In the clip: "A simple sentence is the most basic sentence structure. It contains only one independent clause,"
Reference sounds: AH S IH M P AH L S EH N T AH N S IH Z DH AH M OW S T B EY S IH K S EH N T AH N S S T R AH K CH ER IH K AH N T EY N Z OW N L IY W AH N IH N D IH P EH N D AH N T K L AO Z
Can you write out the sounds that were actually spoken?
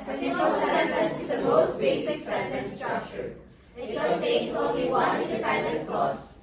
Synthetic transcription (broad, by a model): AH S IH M AH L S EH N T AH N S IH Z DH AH M OW S T B EY S IH K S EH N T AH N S S T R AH K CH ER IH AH T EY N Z OW N L IY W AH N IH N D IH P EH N D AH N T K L AO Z